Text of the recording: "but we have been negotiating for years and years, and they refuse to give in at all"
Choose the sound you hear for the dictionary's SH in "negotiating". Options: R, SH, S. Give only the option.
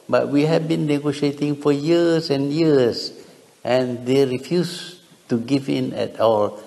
SH